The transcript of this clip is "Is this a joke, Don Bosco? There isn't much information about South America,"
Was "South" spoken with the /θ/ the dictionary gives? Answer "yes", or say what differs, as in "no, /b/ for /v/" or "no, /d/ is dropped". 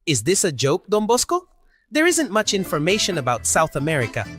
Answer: yes